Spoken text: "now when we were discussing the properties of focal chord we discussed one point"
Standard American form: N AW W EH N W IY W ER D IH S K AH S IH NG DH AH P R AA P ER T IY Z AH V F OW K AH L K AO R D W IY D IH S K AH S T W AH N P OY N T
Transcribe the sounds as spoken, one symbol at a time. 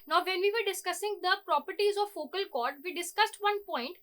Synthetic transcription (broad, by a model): N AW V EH N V IY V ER D IH S K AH S IH NG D AH P R AA P ER T IY Z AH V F OW K AH L K AO R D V IY D IH S K AH S T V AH N P OY N T